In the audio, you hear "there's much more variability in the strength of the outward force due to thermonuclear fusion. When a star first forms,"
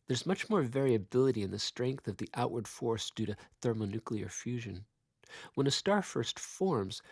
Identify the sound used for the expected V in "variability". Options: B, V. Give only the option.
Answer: V